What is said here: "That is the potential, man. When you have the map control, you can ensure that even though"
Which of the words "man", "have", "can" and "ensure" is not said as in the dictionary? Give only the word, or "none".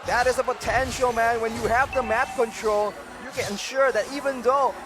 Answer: none